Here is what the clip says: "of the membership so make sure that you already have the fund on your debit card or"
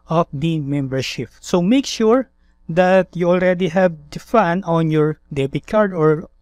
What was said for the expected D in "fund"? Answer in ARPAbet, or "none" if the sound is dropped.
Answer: none